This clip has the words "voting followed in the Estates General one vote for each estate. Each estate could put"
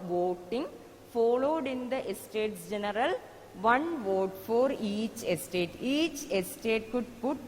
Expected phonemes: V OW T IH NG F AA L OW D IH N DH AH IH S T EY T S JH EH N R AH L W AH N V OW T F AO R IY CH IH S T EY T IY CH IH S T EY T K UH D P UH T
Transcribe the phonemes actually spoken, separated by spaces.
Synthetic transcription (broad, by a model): V OW T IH NG F AA L OW D IH N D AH IH S T EY T S JH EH N R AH L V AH N V OW T F AO R IY CH IH S T EY T IY CH IH S T EY T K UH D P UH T